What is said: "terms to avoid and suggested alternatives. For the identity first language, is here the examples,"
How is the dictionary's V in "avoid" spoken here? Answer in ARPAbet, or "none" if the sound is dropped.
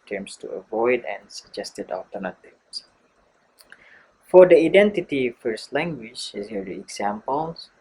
V